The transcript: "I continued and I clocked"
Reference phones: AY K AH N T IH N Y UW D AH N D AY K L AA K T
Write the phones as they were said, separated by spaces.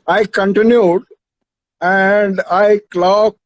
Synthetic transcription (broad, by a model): AY K AH N T IH N Y UW D AH N D AY K L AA K